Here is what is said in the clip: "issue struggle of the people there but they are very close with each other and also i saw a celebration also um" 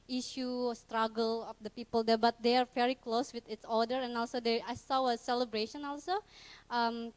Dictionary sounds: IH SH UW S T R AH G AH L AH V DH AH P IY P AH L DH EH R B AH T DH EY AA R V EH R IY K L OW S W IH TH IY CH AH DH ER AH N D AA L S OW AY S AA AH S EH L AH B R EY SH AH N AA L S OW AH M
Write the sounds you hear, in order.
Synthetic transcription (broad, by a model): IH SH UW S T R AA G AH L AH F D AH P IY P AH L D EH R B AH T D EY AA R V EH R IY K L OW S W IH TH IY S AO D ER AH N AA L S OW AY S AA AH S EH L AH B R EY SH AH N AA L S OW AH M